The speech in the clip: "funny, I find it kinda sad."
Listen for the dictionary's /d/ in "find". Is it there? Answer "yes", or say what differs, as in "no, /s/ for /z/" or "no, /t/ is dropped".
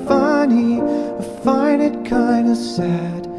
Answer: no, /d/ is dropped